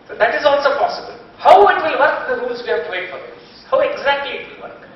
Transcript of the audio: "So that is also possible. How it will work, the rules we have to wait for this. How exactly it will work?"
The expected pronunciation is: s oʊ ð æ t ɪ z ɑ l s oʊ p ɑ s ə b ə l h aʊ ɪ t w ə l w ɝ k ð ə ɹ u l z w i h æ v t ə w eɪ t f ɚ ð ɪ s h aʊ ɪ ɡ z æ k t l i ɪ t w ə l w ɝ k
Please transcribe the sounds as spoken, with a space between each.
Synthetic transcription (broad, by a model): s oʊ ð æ t ɪ z ɑ l s oʊ p ɑ s ə b ə l h aʊ ɪ t w ə l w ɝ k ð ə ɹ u z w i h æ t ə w eɪ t f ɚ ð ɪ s h aʊ ɪ ɡ z æ k t l i ɪ t w ə l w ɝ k